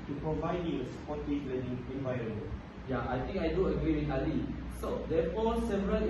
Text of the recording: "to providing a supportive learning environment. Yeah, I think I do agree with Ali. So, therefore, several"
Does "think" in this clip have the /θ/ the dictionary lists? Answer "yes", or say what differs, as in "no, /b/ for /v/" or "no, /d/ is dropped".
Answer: no, /t/ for /θ/